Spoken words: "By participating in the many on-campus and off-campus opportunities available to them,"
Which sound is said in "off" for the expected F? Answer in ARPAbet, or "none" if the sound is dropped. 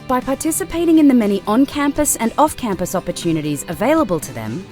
F